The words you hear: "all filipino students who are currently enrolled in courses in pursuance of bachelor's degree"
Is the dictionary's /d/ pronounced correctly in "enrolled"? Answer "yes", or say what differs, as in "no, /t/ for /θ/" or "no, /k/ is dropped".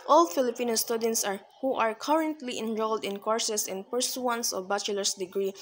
yes